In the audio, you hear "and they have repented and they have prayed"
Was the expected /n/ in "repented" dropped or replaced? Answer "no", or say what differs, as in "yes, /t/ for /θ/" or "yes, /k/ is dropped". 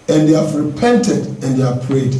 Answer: no